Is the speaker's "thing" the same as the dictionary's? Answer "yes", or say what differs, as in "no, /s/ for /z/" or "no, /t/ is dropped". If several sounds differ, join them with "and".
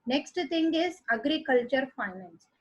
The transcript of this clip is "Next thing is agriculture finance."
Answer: no, /t/ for /θ/